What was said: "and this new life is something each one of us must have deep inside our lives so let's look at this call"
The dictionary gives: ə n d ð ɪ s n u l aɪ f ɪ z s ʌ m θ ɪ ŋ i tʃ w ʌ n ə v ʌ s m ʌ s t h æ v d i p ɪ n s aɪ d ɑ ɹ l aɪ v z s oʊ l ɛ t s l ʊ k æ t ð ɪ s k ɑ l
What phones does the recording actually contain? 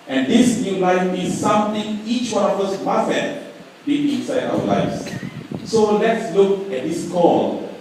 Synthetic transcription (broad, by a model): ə n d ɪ s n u l aɪ f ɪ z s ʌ m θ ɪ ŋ i tʃ w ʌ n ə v ʌ s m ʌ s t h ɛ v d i ɪ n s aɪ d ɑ l aɪ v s s oʊ l ɛ t s l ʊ k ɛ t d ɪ s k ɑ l